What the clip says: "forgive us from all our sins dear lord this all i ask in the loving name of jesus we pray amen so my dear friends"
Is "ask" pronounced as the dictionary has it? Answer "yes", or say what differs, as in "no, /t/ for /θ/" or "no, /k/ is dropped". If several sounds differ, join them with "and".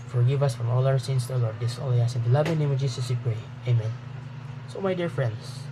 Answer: no, /k/ is dropped